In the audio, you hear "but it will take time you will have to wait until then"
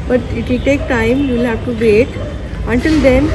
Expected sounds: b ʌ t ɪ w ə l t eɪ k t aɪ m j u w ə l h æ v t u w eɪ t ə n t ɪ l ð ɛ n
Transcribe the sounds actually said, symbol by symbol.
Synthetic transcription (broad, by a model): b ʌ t ɪ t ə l t eɪ k t aɪ m j u l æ p t u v eɪ t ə n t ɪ l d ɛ n